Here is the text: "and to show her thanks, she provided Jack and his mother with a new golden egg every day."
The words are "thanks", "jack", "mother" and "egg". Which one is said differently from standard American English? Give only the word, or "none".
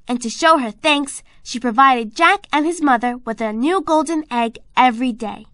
none